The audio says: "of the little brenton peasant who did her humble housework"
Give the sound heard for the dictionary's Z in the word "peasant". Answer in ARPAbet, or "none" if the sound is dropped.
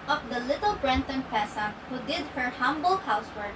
S